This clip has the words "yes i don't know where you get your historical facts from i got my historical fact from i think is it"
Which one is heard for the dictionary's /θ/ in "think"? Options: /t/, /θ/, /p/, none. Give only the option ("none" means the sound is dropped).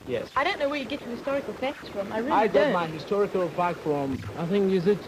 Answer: /θ/